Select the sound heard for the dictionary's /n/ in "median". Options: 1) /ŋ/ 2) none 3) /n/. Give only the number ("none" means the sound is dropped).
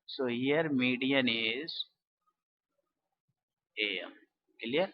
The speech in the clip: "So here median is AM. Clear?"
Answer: 3